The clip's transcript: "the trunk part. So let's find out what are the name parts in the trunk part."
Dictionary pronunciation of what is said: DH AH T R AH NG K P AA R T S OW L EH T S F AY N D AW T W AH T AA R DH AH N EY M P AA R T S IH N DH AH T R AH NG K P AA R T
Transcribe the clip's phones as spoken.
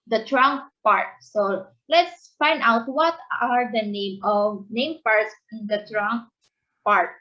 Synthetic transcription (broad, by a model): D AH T R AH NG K P AA R T S OW L EH T S F AY N D AW T W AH T AA R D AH N EY M P AA R T S IH N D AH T R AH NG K P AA R T